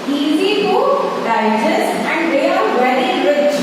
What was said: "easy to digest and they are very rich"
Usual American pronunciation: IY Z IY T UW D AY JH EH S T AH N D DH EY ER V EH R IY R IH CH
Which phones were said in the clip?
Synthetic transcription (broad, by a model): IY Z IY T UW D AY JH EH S AH N D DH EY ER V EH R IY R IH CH